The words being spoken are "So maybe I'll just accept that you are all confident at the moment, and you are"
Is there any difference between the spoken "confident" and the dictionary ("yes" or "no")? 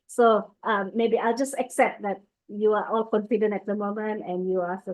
yes